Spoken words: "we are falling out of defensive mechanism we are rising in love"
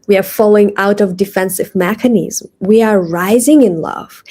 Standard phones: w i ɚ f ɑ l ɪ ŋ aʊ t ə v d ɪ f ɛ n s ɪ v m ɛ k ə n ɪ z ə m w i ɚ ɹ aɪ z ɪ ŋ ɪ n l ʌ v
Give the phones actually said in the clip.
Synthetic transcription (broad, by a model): w i ɚ f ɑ l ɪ ŋ aʊ t ə v d ɪ f ɛ n s ɪ v m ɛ k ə n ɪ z m w i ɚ ɹ aɪ z ɪ ŋ ɪ n l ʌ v